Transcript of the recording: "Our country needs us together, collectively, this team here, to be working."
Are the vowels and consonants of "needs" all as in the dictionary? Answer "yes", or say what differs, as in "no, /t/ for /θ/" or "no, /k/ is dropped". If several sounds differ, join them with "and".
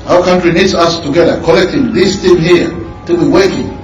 no, /s/ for /z/